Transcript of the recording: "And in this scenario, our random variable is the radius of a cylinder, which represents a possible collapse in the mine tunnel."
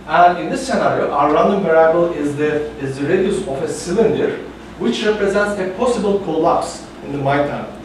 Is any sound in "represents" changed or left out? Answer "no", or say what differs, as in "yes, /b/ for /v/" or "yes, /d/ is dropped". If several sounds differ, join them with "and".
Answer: no